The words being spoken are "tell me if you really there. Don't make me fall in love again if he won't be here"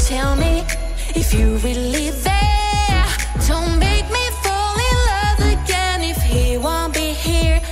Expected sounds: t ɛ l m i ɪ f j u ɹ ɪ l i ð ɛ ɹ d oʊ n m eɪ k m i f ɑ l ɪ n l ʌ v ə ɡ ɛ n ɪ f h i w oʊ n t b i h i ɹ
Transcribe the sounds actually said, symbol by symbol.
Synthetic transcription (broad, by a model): t ɛ l m i ɪ f j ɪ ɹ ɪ l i ð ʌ ɹ d oʊ n m eɪ k m i f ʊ l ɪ l ʌ v ə ɡ ɛ n ɪ f h i w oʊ n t b i h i ɹ